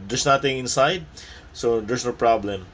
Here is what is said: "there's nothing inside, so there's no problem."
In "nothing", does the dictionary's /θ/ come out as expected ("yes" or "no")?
no